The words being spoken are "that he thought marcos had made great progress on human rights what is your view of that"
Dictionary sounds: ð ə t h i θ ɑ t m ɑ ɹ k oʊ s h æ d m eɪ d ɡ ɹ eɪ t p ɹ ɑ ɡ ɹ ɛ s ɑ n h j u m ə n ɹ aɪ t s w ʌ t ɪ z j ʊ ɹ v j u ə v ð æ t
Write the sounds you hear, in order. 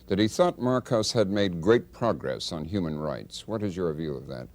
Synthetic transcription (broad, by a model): ð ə t h i θ ɑ t m ɑ ɹ k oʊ s h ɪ d m eɪ d ɡ ɹ eɪ t p ɹ ɑ ɡ ɹ ɛ s n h j u m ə n ɹ aɪ t s w ʌ t ɪ z j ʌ ɹ v j u ə v ð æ t